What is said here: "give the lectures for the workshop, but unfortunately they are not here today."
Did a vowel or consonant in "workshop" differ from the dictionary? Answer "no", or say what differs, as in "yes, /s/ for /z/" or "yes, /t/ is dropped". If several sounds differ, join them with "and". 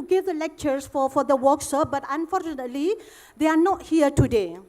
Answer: yes, /s/ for /ʃ/